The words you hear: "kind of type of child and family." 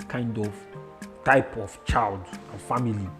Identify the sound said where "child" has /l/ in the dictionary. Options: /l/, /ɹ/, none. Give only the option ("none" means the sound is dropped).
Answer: /l/